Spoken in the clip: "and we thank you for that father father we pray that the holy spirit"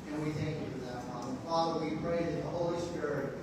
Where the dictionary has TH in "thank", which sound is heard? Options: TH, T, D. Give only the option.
TH